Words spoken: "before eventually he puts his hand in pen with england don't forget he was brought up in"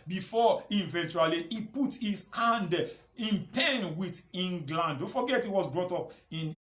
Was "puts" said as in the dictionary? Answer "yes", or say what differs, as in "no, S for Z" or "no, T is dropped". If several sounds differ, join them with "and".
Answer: no, S is dropped